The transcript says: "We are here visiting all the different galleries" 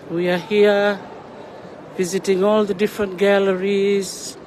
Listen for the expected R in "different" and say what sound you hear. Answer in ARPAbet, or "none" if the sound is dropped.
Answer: R